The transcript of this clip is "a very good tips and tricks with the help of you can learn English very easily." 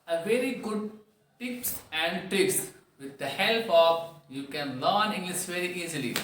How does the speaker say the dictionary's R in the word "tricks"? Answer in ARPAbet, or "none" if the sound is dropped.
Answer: none